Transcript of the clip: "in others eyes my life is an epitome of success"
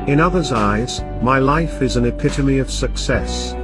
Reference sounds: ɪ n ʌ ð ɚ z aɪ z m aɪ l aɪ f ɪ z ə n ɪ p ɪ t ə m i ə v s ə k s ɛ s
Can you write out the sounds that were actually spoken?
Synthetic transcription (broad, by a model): ɪ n ʌ ð ɚ z aɪ z m aɪ l aɪ f ɪ z ə n ɪ p ɪ t ə m i ə v s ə k s ɛ s